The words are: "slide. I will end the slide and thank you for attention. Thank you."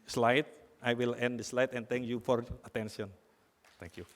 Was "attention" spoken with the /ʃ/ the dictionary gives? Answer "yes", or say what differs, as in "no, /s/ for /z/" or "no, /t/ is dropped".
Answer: no, /s/ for /ʃ/